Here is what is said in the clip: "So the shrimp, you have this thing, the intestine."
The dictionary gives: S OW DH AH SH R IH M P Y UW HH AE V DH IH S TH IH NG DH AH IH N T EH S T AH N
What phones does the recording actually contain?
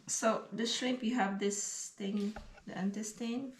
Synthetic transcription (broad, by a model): S OW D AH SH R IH P Y UW HH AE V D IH S T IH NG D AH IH N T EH S T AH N